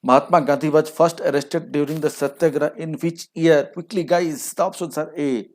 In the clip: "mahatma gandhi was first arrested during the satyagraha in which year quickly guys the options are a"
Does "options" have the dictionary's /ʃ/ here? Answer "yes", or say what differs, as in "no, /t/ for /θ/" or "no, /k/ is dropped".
no, /s/ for /ʃ/